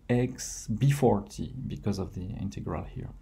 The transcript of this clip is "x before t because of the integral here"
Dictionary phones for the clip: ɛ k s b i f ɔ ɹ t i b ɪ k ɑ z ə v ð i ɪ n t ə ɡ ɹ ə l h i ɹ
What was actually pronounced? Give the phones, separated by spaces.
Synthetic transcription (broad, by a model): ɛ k s b i f ɔ ɹ t i b ɪ k ɑ z ə v ð i ɪ n t ə ɡ ɹ ə l h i ɹ